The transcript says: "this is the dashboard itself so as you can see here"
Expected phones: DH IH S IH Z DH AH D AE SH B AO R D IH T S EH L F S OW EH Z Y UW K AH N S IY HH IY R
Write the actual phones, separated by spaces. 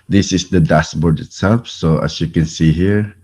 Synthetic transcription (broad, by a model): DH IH S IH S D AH D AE S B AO R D IH T S EH L F S OW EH S Y UW K AH N S IY HH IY R